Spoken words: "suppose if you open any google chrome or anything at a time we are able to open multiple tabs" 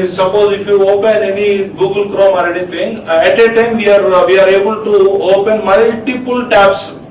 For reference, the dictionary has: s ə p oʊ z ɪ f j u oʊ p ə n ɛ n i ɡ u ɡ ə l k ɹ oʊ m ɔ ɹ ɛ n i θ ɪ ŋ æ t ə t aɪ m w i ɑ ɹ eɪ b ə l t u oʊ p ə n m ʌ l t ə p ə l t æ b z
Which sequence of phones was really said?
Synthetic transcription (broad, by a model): s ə p oʊ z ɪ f j u oʊ p ə n ɛ n i ɡ u ɡ ə l k ɹ oʊ m ɔ ɹ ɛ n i t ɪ ŋ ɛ t ə t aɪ m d i ɑ ɹ eɪ b ə l t u oʊ p ə n m ʌ l t ə p ə l t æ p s